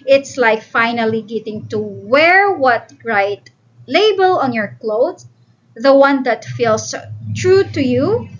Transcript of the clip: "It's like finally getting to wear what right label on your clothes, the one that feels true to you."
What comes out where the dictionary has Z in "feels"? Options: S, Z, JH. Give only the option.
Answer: S